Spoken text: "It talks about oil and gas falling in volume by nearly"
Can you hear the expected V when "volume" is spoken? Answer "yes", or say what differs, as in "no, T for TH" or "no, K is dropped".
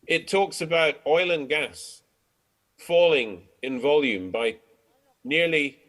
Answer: yes